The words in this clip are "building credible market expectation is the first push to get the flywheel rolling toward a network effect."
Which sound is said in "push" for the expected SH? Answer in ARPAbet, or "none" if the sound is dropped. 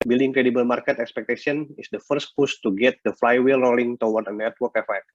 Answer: S